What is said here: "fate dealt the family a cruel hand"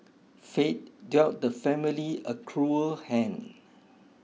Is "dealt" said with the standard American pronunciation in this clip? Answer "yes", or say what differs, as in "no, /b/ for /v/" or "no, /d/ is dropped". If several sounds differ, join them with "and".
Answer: no, /l/ is dropped